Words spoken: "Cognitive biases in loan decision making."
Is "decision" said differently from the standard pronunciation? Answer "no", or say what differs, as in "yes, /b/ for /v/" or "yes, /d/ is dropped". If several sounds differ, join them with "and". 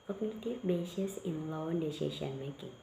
yes, /ʃ/ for /ʒ/